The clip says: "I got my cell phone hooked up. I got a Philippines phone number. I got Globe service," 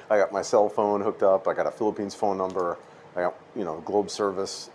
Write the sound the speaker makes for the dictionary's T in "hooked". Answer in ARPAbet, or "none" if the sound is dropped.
T